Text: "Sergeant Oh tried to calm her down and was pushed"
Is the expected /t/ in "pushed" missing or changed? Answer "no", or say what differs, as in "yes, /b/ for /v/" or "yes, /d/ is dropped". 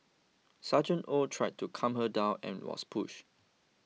yes, /t/ is dropped